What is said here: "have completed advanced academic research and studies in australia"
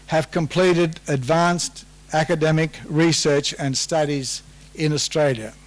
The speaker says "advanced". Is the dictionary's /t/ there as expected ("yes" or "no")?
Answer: yes